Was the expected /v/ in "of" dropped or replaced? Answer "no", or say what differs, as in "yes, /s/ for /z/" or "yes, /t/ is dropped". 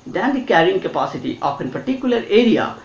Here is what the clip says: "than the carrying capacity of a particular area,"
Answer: yes, /p/ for /v/